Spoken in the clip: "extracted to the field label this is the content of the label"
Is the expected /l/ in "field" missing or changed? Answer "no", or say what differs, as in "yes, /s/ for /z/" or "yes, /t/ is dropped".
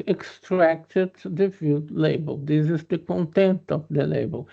yes, /l/ is dropped